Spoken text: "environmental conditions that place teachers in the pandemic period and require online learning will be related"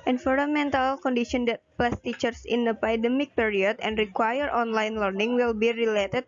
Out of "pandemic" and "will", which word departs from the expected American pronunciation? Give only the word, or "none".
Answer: pandemic